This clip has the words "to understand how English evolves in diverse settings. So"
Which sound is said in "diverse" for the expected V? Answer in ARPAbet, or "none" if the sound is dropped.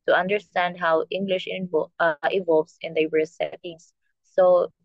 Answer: W